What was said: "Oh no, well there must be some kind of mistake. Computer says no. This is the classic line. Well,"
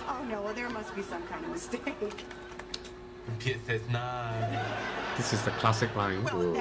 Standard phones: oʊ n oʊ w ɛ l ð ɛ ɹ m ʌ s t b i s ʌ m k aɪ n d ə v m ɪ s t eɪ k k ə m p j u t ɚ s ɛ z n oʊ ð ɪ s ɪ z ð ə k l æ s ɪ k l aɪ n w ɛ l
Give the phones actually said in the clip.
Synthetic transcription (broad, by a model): oʊ n oʊ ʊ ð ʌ ɹ m ʌ s t b i s ʌ m k aɪ n d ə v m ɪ s t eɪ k k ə p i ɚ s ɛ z n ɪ ð ɪ s ɪ z ð ə k l æ s ɪ k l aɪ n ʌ